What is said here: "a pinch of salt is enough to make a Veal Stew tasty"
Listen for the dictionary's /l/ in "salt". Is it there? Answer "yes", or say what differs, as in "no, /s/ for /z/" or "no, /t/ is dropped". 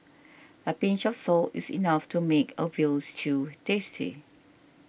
yes